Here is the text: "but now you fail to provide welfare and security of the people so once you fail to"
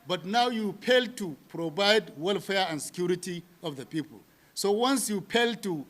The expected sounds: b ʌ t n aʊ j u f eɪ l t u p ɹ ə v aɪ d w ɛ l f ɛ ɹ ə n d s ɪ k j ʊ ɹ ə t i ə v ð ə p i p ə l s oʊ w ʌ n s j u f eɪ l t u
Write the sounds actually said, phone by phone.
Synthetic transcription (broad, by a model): b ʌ t n aʊ j u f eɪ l t u p ɹ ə b aɪ d w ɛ l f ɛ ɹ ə n s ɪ k j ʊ ɹ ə t i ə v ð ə p i p ə l s oʊ w ʌ n s j u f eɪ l t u